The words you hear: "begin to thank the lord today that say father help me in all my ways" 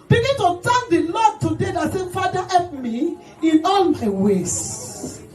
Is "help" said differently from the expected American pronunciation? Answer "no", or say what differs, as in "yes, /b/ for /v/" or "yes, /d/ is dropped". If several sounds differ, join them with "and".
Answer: yes, /l/ is dropped